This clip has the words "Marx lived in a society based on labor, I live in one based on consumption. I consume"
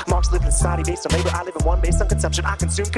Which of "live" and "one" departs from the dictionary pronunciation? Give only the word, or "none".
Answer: none